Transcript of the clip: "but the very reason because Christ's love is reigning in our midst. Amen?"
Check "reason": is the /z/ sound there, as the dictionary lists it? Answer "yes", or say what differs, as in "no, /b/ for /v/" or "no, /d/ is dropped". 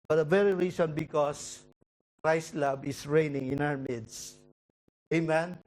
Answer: no, /s/ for /z/